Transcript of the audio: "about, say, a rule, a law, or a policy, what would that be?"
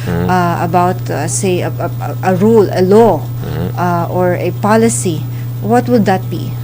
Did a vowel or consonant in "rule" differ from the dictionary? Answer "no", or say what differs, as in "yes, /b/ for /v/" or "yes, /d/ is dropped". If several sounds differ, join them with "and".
no